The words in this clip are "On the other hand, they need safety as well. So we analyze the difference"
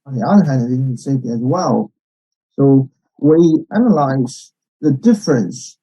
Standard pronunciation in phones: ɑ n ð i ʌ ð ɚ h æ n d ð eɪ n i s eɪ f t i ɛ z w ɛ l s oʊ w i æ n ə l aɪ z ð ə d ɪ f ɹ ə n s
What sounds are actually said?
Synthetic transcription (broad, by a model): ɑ n ð i ʌ ð ɚ h æ n d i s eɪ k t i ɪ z w ɛ l s oʊ w i æ n ə l aɪ z ð ə d ɪ f ɹ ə n s